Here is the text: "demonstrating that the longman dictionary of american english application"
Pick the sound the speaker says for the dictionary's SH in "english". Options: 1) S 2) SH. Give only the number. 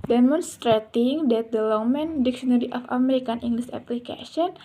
1